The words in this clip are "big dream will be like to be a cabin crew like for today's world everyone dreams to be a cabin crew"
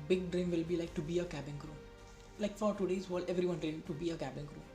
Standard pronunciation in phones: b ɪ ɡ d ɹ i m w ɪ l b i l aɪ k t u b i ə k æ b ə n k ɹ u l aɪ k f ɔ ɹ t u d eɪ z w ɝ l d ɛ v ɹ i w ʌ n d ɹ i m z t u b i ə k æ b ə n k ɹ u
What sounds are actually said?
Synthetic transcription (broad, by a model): b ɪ ɡ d ɹ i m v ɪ l b i l aɪ k t u b i ə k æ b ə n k ɹ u l aɪ k f ɔ ɹ t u d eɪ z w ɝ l ɛ v ɹ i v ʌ n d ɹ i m t u b i ə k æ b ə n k ɹ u